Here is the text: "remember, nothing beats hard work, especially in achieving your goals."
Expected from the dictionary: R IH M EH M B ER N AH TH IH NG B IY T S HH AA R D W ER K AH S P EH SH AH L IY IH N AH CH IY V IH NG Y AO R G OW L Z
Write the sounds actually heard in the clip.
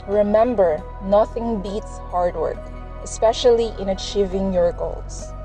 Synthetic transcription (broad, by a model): R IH M EH M B ER N AH TH IH NG B IY T S HH AA R D W ER K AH S P EH SH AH L IY IH N AH CH IY V IH NG Y AO R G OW L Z